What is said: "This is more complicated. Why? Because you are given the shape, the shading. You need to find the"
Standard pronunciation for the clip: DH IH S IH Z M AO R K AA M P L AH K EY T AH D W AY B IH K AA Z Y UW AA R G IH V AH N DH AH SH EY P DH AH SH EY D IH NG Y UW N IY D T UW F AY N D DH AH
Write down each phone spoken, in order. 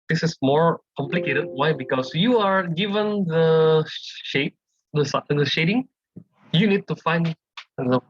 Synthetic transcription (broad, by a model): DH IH S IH S M AO R K AA M P L AH K EY T AH D W AY B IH K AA S Y UW AA R G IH V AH N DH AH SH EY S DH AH SH EY D IH NG Y UW N IY D T UW F AY N D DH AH